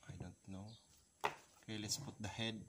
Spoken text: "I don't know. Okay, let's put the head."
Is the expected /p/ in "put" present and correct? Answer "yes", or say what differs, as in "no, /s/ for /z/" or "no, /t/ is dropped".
yes